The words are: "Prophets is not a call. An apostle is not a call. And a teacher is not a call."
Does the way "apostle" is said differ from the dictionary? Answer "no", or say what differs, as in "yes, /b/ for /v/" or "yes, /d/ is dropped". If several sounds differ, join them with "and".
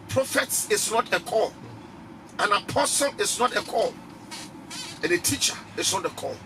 no